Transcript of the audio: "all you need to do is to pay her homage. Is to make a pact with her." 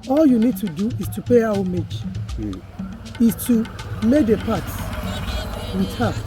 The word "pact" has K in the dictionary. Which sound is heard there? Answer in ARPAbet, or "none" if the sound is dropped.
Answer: none